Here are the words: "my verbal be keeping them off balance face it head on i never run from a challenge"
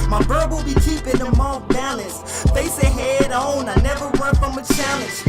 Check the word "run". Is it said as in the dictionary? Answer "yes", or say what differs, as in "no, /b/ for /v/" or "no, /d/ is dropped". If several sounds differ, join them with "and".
no, /w/ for /ɹ/